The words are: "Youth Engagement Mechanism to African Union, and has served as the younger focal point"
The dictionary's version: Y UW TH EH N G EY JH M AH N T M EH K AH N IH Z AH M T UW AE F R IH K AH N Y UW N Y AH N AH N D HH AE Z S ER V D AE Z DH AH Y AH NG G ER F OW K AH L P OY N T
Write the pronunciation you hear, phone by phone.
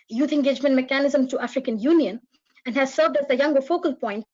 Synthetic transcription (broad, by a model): Y UW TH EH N G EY JH M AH N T M EH K AH N IH Z AH M T UW AE F R IH K AH N Y UW N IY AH N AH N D HH AE Z S ER V D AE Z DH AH Y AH NG G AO F OW K AH L P OY N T